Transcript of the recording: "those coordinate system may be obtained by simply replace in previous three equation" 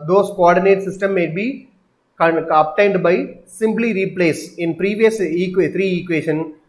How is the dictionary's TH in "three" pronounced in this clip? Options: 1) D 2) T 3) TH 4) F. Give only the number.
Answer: 2